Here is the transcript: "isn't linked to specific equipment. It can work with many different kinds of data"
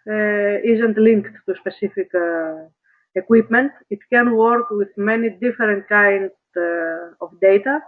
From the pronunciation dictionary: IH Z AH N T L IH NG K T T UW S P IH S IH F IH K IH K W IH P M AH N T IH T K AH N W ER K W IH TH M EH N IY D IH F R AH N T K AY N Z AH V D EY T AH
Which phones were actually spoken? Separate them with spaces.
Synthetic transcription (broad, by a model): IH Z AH N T L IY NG K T T UW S P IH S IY F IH K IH K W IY P M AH N T IH T K AH N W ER K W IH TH M EH N IY D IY F R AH N T K AY N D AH F D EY T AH